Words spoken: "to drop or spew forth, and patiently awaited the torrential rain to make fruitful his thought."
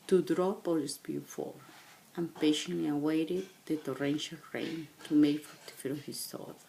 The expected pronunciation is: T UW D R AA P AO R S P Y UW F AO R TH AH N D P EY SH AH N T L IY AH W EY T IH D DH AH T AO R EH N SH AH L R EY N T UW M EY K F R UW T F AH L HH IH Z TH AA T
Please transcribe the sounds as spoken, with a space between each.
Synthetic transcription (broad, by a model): T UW D R AA P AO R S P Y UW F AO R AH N P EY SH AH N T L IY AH W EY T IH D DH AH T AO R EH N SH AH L R EY N T UW M EY K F AO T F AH N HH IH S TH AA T